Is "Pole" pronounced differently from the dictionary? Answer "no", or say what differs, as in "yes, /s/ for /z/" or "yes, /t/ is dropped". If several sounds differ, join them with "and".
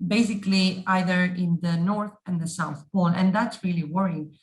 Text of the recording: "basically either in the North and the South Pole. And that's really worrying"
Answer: yes, /n/ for /l/